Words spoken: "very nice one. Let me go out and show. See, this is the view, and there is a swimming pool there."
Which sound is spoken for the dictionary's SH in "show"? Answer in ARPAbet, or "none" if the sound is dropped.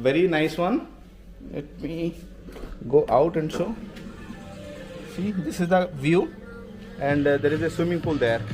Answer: S